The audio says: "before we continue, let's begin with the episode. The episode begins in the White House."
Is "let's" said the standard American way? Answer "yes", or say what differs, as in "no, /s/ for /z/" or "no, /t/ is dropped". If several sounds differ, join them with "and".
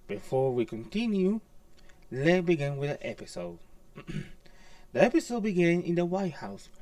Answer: no, /s/ is dropped